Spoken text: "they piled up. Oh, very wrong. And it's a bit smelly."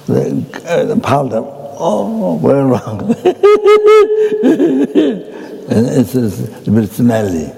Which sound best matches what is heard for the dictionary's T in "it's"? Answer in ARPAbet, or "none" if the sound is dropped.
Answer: S